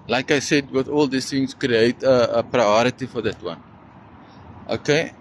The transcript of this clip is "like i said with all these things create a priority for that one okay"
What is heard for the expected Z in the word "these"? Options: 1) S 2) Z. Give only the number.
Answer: 1